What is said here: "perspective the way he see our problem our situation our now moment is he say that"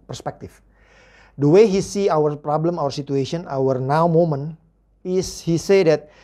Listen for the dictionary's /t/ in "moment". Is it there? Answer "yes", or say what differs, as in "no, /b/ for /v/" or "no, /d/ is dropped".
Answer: no, /t/ is dropped